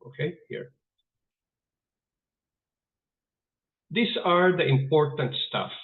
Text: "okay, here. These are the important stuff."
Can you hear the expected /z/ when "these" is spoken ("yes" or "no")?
no